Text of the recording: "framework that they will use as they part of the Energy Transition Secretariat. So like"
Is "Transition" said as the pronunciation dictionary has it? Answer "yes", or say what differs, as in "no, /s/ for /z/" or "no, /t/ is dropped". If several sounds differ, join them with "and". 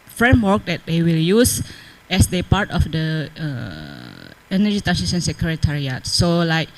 no, /ɹ/ is dropped and /s/ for /ʃ/